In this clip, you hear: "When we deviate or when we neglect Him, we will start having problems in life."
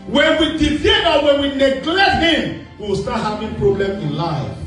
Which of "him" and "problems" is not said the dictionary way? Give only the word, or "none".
problems